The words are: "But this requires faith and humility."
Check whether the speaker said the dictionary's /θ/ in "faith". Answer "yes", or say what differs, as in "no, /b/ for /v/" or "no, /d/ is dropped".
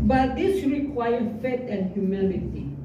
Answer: no, /t/ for /θ/